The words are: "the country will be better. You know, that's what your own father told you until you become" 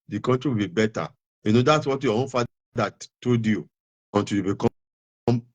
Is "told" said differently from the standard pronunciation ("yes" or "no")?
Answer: yes